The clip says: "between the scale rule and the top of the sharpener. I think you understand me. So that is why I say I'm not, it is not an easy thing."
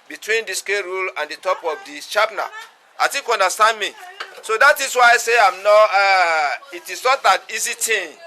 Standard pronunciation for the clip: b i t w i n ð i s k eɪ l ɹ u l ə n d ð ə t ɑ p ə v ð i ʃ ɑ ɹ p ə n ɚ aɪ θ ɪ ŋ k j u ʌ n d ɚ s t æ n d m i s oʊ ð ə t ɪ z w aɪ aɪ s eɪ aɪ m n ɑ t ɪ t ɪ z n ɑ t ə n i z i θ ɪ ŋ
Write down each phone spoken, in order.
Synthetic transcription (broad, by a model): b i t w i n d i s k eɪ ɹ u l ə n d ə t ɑ p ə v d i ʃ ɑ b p n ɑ aɪ t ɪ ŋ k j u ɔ n d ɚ s t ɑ n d m i s oʊ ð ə t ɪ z w aɪ aɪ s eɪ aɪ m n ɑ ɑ ɪ t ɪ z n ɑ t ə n i z i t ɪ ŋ